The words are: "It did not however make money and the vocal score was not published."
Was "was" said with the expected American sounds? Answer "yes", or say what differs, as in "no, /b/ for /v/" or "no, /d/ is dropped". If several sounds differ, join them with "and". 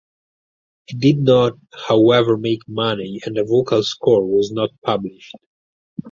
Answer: yes